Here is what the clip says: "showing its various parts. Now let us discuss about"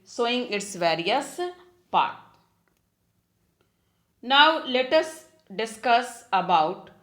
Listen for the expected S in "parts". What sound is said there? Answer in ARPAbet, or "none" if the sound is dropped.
none